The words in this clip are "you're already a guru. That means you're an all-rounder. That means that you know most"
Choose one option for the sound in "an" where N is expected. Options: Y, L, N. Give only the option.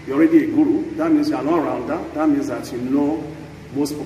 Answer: L